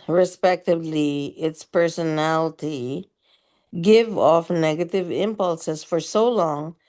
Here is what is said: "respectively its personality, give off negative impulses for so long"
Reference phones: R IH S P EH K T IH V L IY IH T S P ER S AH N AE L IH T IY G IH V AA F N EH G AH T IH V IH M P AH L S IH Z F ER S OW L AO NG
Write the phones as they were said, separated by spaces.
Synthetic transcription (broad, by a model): R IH S P EH K T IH V L IY IH T S P ER S AH N AE L IH T IY G IH V AA F N EH G AH T IH V IH M P AH L S IH Z F ER S OW L AO NG